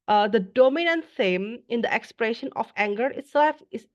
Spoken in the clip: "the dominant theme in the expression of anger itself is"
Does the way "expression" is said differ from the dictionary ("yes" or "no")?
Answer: no